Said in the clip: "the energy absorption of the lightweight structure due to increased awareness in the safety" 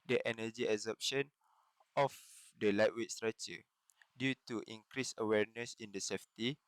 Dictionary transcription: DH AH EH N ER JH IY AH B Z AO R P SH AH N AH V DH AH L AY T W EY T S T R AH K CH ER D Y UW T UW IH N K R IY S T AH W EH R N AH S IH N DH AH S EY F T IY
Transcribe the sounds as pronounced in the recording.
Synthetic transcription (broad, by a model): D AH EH N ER JH IY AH Z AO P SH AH N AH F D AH L AY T W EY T S T R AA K CH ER D Y UW T UW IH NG K R IY S AH W EH R N AH S IH N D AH S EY F T IY